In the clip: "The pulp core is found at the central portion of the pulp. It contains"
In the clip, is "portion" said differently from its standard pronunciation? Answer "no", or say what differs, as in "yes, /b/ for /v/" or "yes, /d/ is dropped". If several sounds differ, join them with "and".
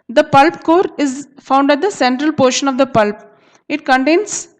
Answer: no